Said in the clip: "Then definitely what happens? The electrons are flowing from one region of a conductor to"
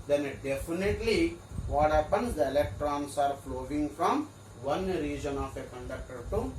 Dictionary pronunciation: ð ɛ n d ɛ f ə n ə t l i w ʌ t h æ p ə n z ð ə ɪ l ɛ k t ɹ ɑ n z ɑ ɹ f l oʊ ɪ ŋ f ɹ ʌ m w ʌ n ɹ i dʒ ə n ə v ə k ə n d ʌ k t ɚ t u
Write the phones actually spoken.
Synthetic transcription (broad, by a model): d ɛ n d ɛ f ə n ə t l i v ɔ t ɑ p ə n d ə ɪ l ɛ k t ɹ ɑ n s ɑ ɹ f l oʊ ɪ ŋ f ɹ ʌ m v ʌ n ɹ i dʒ ə n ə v ə k ə n d ʌ k t ɚ t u